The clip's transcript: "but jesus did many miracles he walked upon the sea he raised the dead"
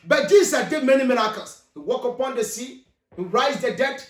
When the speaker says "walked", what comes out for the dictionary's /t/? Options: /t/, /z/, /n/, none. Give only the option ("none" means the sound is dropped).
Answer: none